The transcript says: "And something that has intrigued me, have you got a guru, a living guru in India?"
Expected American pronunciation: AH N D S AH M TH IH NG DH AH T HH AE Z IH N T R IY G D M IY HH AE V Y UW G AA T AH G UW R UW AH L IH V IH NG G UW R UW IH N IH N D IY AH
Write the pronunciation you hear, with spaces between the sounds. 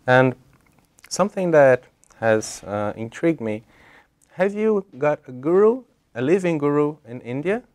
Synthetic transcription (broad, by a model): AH N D S AH M TH IH NG DH AH T HH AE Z IH N T R IY G D M IY HH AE V Y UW G AA T AH G UW R UW AH L IH V IH NG G UW R UW IH N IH N D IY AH